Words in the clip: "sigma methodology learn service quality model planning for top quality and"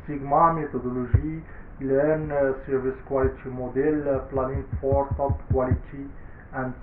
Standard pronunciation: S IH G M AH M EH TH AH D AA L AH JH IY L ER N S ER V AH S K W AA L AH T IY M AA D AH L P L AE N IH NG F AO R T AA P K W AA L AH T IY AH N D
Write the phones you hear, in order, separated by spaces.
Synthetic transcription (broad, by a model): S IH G M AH M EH T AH D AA L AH ZH IY L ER N S ER V AH S K W AA L AH T IY M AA D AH L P L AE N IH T F AO R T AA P K W AA L AH T IY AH N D